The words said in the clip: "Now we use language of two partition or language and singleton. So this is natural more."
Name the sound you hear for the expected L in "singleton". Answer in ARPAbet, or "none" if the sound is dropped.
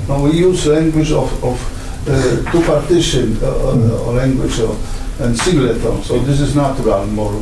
none